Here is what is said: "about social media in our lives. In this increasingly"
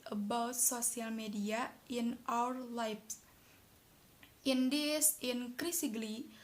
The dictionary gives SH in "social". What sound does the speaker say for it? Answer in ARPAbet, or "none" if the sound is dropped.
S